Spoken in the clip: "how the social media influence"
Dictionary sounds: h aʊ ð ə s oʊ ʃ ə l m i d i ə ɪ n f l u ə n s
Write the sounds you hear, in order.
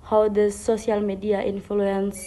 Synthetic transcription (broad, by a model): h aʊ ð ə s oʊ s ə l m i d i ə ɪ n f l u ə n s